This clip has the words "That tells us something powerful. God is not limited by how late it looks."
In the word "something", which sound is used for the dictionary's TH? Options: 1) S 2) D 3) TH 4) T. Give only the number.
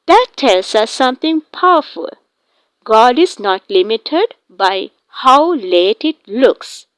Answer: 4